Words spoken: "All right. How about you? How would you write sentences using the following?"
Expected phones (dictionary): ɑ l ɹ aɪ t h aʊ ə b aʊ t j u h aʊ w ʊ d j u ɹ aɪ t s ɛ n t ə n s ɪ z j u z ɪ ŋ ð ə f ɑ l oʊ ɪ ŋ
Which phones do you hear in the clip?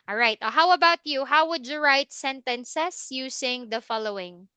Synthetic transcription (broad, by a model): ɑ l ɹ aɪ t h aʊ ə b aʊ t j u h aʊ w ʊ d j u ɹ aɪ t s ɛ n t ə n s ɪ s j u s ɪ ŋ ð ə f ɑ l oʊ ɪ ŋ